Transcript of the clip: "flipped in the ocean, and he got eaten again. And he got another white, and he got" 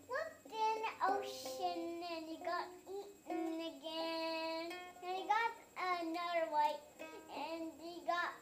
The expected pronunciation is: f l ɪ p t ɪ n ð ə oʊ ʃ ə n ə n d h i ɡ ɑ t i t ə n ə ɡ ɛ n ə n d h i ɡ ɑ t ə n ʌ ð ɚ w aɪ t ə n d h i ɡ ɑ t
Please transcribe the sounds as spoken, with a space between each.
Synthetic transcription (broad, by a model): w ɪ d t ɪ n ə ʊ ʃ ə n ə n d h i ɡ ɑ t i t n ə ɡ ɛ n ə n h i ɡ ɑ t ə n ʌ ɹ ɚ w aɪ t ə n d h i ɡ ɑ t